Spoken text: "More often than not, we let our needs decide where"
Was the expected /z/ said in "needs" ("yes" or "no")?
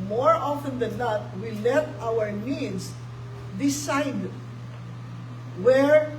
no